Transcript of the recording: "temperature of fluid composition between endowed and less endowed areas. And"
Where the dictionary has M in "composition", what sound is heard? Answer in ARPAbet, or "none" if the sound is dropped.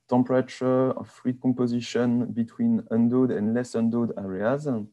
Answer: none